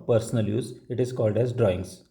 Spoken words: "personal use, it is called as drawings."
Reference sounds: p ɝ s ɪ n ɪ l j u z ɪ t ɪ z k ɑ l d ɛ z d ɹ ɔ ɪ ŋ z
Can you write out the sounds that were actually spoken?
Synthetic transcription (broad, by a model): p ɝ s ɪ n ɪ l j u z ɪ t ɪ z k ɑ l d ɛ z d ɹ ɔ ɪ ŋ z